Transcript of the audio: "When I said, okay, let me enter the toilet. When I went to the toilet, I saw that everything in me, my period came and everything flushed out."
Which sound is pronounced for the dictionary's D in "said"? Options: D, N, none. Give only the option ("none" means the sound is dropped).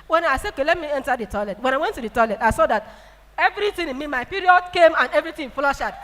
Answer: none